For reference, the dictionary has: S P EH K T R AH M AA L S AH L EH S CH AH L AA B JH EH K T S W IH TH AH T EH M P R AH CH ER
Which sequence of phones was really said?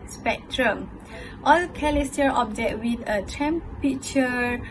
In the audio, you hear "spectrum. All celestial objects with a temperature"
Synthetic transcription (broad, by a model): S P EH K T R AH M AA L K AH L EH S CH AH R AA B JH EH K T W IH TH AH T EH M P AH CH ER